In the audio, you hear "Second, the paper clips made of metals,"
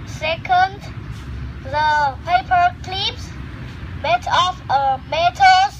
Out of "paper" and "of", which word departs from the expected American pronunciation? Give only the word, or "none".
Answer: of